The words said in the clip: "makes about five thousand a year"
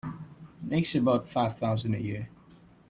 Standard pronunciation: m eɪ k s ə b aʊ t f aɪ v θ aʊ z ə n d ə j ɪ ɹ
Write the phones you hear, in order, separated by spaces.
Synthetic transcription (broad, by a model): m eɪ k s ə b aʊ t f aɪ v θ aʊ z ə n d ə j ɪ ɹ